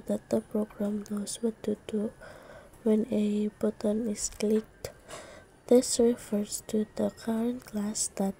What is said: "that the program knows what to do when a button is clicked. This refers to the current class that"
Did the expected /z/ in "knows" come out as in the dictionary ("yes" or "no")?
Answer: no